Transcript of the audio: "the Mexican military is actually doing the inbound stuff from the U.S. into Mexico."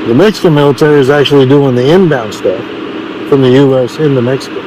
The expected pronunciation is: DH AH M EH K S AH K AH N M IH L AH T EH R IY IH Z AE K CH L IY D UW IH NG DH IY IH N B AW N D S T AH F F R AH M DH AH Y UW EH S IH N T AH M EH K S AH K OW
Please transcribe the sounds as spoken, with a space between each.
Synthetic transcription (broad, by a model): DH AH M EH K S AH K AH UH M IH L AH T EH R IY IH Z AE K CH L IY D UW IH NG DH IY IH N B AW N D S T AH F F R AH M DH AH Y UW EH S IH N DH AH M EH K S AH K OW